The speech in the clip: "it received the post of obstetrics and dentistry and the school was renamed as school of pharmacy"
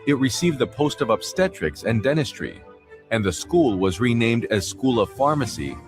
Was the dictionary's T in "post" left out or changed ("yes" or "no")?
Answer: no